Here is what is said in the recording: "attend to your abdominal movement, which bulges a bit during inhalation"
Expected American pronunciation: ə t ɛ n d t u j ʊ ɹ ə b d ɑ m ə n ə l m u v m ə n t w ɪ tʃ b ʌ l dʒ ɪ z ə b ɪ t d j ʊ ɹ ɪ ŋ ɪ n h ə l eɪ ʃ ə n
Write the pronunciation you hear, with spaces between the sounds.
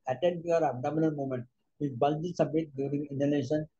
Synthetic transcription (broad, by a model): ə t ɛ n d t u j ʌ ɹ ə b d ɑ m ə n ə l m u m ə n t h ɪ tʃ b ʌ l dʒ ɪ s ə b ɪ t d j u ɹ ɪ ŋ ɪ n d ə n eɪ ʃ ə n